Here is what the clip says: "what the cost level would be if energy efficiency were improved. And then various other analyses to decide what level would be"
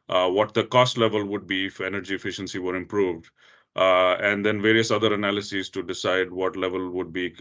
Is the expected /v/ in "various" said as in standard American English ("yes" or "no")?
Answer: yes